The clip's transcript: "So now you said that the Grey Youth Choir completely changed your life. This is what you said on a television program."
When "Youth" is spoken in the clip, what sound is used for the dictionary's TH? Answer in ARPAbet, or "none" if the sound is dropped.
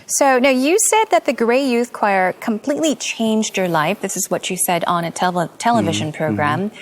TH